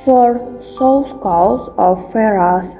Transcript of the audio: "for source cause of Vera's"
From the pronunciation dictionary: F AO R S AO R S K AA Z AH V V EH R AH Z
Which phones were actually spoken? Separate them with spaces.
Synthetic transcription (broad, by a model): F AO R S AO L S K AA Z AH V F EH R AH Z